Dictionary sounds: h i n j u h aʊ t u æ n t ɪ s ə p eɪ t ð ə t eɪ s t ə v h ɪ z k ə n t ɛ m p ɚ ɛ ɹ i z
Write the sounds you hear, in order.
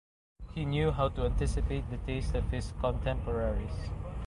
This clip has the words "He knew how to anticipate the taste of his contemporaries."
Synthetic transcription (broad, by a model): h i n j u h aʊ t u æ n t ɪ s ə p eɪ t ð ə t eɪ s t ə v h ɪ s k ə n t ɛ m p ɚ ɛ ɹ i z